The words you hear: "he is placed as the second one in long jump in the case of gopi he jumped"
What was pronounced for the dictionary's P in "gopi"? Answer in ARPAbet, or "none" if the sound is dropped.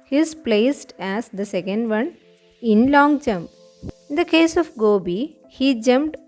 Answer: B